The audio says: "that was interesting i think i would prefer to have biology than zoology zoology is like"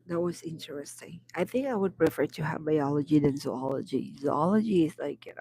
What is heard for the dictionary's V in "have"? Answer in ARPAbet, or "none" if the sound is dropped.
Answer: V